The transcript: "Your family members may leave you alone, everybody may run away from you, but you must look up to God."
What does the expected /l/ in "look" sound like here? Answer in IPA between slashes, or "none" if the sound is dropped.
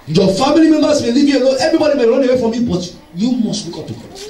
/w/